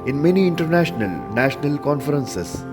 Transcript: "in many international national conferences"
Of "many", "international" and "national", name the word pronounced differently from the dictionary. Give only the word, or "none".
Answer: none